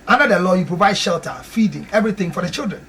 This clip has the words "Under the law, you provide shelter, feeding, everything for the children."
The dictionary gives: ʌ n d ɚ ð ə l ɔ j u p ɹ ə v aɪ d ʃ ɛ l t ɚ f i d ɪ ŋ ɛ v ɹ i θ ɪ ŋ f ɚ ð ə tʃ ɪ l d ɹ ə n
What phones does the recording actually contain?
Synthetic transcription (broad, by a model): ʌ n d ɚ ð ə l ɔ j u p ɹ ə v aɪ d ʃ ɛ l t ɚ f i d ɪ ŋ ɛ v ɹ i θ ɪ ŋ f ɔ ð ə tʃ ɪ l d ɹ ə n